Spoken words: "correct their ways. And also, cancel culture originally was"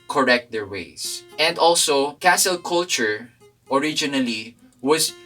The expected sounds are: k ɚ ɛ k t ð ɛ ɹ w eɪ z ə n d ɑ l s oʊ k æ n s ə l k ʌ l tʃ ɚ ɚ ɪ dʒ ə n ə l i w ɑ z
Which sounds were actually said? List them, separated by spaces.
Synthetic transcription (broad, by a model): k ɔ ɛ k t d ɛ ɹ w eɪ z ə n d ɑ l s oʊ k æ s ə l k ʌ l tʃ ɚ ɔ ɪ dʒ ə n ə l i w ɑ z